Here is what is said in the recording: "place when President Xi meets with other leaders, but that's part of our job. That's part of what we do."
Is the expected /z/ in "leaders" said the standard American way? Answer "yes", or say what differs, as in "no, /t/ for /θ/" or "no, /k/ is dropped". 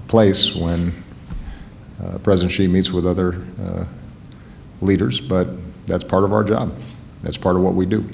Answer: yes